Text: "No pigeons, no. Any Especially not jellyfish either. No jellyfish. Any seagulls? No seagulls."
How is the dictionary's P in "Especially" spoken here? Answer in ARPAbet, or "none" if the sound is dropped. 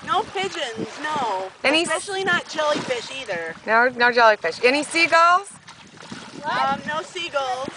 none